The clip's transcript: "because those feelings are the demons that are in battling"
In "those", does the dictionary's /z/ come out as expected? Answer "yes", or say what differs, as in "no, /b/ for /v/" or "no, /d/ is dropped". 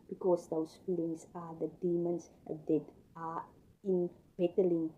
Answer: no, /s/ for /z/